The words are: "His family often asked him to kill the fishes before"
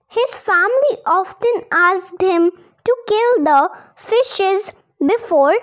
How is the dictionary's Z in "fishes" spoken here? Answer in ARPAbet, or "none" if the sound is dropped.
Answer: Z